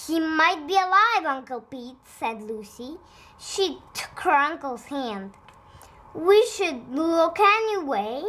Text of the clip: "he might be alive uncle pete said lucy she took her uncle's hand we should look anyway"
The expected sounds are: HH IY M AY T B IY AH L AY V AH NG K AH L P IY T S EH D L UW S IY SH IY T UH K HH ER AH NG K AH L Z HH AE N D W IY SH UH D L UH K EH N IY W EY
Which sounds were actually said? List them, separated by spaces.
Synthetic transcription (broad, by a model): HH IY M AY T B IY AH L AY V AH NG K AH L P IY T S EH D L UW S IY SH IY T UH K HH ER AH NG K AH L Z HH AE N D W IY SH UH D L UH K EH N IY W EY